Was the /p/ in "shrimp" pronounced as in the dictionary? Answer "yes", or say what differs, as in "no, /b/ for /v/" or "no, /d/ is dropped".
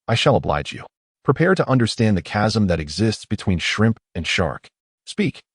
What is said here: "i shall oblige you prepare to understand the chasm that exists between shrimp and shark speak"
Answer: yes